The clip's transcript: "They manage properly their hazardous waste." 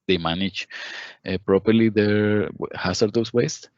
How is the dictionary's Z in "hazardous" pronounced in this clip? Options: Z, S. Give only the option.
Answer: S